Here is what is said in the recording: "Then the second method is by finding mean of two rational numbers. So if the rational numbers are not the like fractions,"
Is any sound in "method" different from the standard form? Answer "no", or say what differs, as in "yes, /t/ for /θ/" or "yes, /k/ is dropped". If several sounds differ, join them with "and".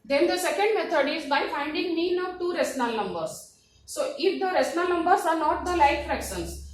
yes, /t/ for /θ/